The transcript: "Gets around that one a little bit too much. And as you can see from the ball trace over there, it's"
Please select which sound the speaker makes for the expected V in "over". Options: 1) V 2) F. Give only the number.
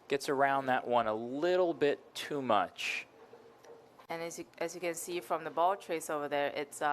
1